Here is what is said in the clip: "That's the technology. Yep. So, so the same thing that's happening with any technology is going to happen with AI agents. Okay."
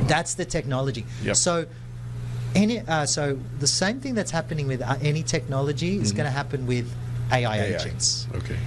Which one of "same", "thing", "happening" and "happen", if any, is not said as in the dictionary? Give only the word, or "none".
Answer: none